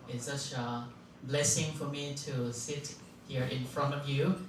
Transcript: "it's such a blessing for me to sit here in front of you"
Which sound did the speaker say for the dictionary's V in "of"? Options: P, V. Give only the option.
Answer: V